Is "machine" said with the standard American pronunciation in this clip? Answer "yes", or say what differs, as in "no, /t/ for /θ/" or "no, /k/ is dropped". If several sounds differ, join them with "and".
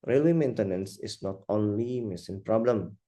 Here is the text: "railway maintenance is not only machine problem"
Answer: no, /s/ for /ʃ/